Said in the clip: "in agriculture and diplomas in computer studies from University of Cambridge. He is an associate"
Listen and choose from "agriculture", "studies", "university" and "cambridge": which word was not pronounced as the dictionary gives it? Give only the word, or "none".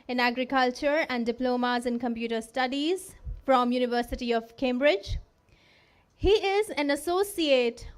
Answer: none